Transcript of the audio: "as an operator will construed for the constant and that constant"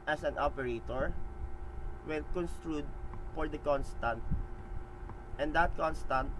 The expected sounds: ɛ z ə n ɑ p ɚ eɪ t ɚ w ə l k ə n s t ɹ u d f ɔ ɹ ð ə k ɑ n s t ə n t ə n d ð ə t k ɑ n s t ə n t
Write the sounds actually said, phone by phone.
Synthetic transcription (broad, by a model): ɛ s ə n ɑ p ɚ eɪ t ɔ w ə n k ə n s t ɹ u d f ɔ ɹ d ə k ɑ n s t ə n t ə n d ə t k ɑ n s t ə n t